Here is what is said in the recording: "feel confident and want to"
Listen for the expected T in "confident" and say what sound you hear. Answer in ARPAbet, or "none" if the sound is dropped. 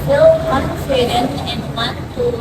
none